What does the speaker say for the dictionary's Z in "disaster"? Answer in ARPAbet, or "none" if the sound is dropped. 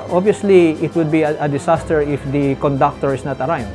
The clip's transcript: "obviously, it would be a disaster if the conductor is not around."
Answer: S